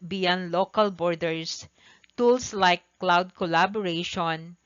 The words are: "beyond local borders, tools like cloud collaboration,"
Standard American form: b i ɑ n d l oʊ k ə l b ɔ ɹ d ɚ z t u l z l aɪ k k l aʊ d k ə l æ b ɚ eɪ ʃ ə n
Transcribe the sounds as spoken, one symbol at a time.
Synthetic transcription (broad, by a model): b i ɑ n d l oʊ k ə l b ɔ ɹ d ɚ s t u l s l aɪ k k l aʊ d k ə l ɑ b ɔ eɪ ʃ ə n